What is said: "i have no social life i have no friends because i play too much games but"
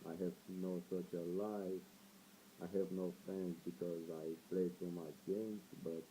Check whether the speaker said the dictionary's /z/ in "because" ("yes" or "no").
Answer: yes